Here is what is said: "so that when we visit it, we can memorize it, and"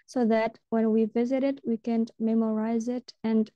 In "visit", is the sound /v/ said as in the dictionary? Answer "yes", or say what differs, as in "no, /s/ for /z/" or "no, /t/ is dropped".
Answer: yes